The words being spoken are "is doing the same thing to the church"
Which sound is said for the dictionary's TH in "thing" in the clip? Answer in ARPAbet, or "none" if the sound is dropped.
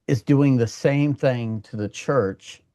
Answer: TH